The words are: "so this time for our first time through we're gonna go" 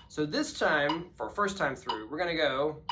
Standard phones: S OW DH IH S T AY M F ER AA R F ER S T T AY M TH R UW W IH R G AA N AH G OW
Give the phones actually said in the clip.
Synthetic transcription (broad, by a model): S OW DH IH S T AY M F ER R F ER S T T AY M TH R UW W IH R G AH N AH G OW